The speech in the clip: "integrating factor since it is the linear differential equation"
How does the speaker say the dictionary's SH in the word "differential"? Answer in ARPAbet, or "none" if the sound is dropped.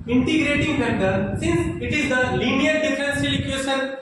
S